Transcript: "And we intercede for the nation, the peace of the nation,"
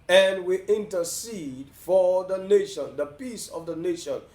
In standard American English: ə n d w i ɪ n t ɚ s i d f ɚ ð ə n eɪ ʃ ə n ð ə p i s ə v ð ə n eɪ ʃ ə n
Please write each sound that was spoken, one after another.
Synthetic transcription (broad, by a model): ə n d w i ɪ n t ɚ s i d f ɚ ð ə n eɪ ʃ ə n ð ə p i s ə v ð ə n eɪ ʃ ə n